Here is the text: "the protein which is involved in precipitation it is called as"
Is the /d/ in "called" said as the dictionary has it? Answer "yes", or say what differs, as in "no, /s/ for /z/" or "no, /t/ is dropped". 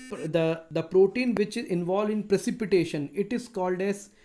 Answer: yes